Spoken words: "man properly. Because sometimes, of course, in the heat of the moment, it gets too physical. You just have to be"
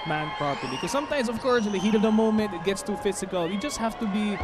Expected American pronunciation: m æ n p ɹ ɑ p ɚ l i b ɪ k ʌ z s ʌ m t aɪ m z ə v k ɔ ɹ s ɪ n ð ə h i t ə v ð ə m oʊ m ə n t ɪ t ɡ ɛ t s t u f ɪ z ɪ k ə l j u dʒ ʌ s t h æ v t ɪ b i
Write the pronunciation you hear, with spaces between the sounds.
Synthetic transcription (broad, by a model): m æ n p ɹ ɑ p ɚ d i k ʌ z s ʌ m t aɪ m z ə v k ɔ ɹ s ɪ n ð ə h i t ə v ð ə m oʊ m ə n t ɪ t ɡ ɛ t s t u f ɪ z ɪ k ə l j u dʒ ʌ s t h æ f t ɪ b i